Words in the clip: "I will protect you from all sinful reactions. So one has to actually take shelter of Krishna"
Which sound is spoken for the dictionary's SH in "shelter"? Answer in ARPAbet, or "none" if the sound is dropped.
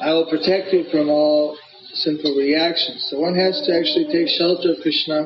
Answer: SH